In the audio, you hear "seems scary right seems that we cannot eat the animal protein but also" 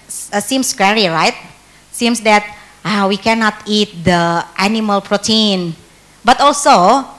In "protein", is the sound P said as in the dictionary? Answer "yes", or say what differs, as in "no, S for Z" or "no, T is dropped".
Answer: yes